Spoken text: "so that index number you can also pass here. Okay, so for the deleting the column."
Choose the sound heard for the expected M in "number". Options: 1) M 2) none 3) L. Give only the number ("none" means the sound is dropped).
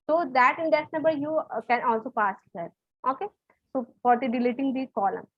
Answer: 2